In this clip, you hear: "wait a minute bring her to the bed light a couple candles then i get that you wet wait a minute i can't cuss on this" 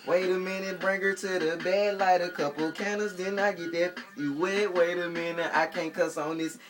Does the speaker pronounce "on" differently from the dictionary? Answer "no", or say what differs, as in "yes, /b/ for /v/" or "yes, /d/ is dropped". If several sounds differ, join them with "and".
no